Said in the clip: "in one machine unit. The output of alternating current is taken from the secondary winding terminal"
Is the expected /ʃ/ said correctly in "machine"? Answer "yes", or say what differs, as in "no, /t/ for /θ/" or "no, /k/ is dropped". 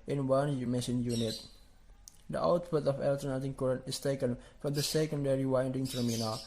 no, /s/ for /ʃ/